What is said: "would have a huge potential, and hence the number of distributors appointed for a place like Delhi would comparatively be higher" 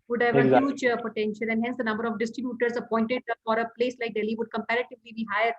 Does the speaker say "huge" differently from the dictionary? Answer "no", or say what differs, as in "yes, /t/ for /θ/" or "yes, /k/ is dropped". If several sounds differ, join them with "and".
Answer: yes, /tʃ/ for /dʒ/